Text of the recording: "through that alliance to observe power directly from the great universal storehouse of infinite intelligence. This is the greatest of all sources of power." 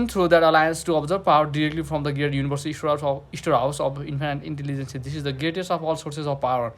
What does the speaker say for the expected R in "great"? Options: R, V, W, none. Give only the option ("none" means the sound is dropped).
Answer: none